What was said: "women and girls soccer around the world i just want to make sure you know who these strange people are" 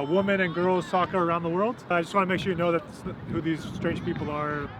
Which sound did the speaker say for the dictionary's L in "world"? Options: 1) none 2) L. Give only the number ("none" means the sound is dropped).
2